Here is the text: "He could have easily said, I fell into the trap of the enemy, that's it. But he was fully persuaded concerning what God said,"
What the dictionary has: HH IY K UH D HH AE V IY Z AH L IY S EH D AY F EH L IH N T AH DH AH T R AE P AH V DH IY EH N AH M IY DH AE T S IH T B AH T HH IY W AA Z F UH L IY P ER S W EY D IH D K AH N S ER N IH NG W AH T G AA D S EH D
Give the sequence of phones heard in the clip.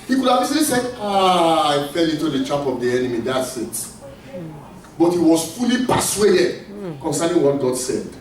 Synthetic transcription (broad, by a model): HH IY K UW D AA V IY S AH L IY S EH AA AY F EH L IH T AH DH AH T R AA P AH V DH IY EH N AH M IY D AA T S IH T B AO T HH IY W AA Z F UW L IY P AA S W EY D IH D K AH N S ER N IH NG W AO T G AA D S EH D